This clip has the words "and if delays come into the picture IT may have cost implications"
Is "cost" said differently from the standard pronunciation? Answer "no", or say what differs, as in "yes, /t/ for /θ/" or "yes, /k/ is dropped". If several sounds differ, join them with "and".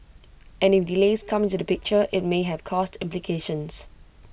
no